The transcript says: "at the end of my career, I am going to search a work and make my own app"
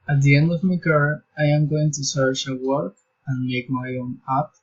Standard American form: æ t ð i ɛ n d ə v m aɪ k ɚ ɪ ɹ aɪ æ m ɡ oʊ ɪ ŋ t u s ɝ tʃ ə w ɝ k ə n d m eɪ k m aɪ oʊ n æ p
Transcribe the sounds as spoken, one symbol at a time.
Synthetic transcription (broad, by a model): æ t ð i ɛ n d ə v m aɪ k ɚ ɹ aɪ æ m ɡ oʊ ɪ ŋ t u s ɝ tʃ ə w ɝ k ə n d m eɪ k m aɪ oʊ n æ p